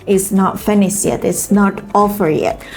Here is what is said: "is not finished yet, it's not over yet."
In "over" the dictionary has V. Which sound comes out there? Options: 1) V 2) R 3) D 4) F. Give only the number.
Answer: 4